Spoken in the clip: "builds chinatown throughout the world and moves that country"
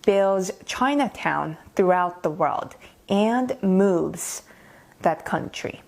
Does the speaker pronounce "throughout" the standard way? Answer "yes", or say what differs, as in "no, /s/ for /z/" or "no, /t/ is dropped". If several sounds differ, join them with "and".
yes